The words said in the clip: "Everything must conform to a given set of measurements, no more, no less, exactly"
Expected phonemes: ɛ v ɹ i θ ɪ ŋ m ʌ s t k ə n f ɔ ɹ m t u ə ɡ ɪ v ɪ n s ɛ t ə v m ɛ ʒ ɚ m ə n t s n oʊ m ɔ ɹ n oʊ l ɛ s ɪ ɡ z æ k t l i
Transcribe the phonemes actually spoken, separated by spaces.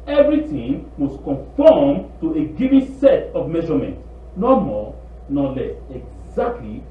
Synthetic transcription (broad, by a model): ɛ v ɹ i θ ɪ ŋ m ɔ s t k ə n f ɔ m t u ə ɡ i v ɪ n s ɛ t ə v m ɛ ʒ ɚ m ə n t n oʊ m ɔ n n l ɛ s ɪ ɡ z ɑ k t l i